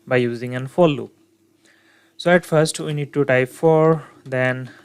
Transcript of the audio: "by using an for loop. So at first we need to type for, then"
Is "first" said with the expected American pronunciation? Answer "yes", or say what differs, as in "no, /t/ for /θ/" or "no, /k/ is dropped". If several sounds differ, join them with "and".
yes